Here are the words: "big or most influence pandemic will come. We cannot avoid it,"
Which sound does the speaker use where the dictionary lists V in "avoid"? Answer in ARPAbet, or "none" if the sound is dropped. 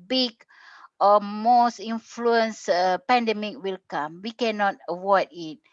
W